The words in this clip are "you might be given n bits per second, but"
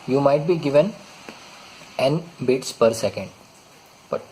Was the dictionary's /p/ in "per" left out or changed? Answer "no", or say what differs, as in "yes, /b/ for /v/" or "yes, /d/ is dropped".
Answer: no